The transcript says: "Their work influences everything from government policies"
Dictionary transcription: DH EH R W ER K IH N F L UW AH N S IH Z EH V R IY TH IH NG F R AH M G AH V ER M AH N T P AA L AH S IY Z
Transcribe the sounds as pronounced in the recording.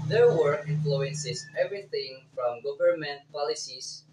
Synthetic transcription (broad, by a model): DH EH R W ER IH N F L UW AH N S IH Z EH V R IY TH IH NG F R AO M G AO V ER M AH N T P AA L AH S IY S